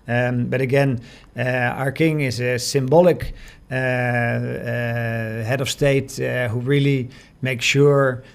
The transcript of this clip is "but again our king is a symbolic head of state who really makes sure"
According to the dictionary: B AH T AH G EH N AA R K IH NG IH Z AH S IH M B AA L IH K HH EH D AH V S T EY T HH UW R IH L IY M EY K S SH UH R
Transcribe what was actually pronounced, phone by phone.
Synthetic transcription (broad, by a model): B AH T AH G EH N AA R K IH NG IH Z AH S IH M B AA L IH K HH EH D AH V S T EY T HH UW R IH L IY M EY K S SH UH R